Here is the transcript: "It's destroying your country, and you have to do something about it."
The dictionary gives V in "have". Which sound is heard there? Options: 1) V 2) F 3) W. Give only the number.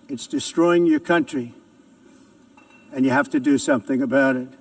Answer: 2